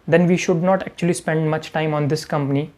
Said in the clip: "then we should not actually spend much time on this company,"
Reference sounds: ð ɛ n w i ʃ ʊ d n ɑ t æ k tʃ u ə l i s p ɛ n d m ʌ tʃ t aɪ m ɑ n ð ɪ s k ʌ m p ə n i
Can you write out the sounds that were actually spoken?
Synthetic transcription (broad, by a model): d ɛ n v i ʃ ʊ d n ɑ t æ k tʃ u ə l i s p ɛ n d m ʌ tʃ t aɪ m ɑ n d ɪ s k ʌ m p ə n i